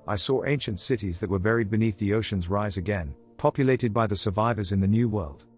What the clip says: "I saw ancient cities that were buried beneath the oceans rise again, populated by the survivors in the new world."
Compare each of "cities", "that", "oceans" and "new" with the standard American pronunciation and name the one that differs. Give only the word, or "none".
none